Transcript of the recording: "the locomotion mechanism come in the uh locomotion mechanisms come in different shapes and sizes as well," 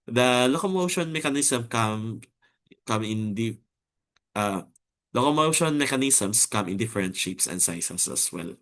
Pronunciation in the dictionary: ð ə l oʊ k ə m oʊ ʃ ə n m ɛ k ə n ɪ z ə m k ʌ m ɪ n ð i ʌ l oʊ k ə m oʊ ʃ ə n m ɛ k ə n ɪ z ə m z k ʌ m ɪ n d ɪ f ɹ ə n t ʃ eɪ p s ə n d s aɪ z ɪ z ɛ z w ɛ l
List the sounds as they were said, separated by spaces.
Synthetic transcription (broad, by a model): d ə l oʊ k ə m oʊ ʃ ə n m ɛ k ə n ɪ s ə m k ʌ m ɪ n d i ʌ l oʊ k ə m oʊ ʃ ə n m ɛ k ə n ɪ s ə m s k ʌ m ɪ n d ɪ f ɹ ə n t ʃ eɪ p s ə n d s aɪ s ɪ s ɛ s w ɛ l